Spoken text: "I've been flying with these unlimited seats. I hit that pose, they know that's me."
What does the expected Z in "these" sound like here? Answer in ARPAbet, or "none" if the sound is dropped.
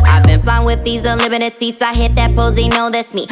Z